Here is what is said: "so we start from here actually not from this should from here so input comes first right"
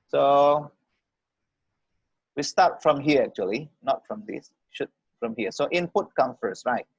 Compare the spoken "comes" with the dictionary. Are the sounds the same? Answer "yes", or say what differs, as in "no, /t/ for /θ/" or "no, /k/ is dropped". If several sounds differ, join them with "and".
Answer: no, /z/ is dropped